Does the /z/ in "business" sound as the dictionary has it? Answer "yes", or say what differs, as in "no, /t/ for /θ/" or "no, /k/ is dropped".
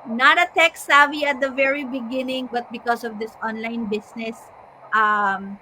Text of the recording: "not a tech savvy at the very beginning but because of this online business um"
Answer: no, /s/ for /z/